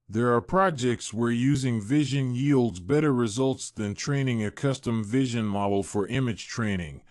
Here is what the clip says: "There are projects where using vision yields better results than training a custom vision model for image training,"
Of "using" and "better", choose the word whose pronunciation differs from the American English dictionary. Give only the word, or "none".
none